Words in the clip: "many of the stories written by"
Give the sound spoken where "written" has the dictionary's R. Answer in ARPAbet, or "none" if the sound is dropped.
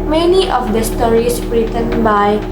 R